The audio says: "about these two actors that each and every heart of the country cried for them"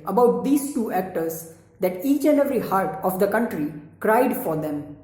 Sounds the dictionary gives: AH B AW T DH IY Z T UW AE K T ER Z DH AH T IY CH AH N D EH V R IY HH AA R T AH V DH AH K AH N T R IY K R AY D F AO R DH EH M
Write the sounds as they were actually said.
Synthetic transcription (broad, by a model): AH B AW T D IY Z T UW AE K T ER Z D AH T IY CH AH N D EH V R IY HH AA R T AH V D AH K AH N T R IY K R AY D F AO R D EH M